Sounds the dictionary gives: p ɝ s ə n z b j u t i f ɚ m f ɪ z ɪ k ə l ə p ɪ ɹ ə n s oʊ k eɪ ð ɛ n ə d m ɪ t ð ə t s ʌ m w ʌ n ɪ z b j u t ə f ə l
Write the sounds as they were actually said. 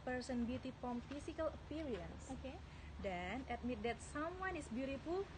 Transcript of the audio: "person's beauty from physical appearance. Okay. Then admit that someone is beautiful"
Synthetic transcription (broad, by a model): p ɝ s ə n b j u t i p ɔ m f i s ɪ k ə l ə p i ɹ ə n s oʊ k eɪ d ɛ n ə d m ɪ t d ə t s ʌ m w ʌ n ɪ s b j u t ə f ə l